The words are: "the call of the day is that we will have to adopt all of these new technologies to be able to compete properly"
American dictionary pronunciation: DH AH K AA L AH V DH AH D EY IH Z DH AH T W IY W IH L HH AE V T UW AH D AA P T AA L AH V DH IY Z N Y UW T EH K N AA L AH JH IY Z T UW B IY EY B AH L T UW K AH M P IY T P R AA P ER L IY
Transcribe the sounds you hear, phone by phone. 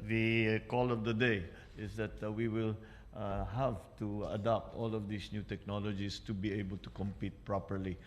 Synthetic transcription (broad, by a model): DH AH K AA L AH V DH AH D EY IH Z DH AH T W IY W IH L HH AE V T UW AH D AA P T AA L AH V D IY S N Y UW T EH K N AA L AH JH IY S T UW B IY EY B AH L T UW K AH M P IY T P R AA P ER L IY